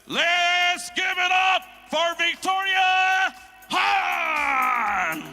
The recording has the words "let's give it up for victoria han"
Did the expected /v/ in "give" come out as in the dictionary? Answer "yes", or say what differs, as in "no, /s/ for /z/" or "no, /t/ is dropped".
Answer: yes